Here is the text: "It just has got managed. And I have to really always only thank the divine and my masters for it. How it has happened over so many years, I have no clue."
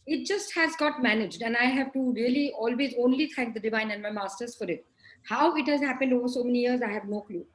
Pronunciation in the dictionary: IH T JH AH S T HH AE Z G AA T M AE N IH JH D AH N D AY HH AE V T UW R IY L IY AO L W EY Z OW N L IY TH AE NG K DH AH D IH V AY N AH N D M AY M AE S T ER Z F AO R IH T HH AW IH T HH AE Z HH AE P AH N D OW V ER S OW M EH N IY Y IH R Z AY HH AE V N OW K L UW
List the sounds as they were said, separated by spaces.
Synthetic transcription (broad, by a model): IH T JH AH S T HH AE Z G AA T M AE N IH JH D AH N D AY HH AE V T UW R IY L IY AO L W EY Z OW N L IY T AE NG K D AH D IH V AY N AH N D M AY M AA S T ER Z F AO R IH T HH AW IH T HH AE Z HH AE P AH N D OW V ER S OW M EH N IY Y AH R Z AY HH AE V N OW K L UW